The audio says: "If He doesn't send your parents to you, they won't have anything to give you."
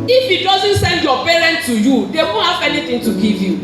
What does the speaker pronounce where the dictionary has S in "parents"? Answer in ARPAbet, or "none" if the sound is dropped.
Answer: none